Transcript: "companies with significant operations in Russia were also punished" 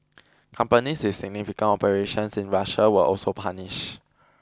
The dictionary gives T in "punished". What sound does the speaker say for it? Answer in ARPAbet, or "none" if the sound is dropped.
none